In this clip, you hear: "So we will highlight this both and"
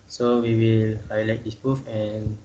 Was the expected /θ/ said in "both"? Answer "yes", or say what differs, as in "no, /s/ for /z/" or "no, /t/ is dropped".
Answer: no, /f/ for /θ/